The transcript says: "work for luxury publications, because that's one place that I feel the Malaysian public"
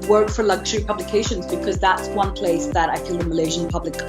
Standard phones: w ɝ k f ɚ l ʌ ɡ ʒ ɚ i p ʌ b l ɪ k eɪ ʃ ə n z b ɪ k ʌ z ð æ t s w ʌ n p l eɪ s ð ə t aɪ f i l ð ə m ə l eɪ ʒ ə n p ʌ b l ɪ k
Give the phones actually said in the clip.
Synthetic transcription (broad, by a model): w ɝ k f ɚ l ʌ ɡ ʒ ɚ i p ʌ b l ɪ k eɪ ʃ ə n z b ɪ k ʌ z ð æ t s w ʌ n p l eɪ s ð ə t aɪ f i l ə m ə l eɪ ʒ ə n p ʌ b l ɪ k